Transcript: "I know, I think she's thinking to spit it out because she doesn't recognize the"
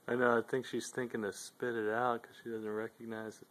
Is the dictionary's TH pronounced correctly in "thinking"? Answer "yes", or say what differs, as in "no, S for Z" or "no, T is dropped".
yes